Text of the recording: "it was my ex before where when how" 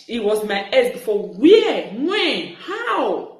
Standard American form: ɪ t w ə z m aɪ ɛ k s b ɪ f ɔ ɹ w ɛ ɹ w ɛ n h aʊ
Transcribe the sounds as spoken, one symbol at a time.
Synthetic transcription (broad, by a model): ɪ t w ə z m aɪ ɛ s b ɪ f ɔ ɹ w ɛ w ɛ n h aʊ